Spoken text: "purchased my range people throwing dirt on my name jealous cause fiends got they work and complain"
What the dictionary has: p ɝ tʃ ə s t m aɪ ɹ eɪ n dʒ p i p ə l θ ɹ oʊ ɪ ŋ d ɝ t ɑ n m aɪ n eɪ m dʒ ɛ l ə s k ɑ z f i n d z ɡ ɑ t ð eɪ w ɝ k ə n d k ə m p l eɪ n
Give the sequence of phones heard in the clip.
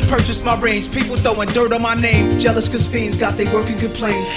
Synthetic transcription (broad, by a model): p ɝ tʃ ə s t m aɪ ɹ eɪ n z p i p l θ oʊ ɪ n d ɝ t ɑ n m aɪ n eɪ m dʒ ɛ l ə s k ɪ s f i n z ɡ ɑ t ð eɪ w ɝ k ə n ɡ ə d p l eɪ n